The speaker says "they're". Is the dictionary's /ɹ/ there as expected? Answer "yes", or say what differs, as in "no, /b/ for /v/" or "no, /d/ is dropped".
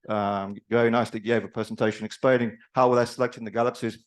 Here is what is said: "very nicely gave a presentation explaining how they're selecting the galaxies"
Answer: no, /l/ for /ɹ/